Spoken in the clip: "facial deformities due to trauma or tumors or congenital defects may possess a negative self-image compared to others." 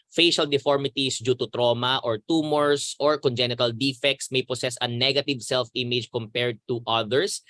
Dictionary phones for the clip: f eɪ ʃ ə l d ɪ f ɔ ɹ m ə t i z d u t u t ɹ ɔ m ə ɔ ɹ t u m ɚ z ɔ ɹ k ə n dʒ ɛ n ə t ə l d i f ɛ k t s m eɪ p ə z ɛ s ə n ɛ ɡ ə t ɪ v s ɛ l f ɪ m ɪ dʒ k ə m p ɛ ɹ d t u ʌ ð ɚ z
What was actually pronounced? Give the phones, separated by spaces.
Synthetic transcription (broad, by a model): f eɪ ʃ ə l d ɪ f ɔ ɹ m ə t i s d u t u t ɹ ɔ m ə ɔ ɹ t u m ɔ s ɔ ɹ k ə n dʒ ɛ n ə t ə l d i f ɛ k t s m eɪ p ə s ɛ s ə n ɛ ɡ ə t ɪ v s ɛ l f ɪ m ɪ dʒ k ə m p ɛ ɹ d t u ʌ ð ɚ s